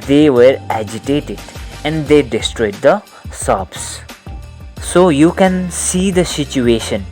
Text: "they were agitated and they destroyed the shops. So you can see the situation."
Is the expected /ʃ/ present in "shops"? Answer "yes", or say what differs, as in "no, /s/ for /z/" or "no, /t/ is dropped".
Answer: no, /s/ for /ʃ/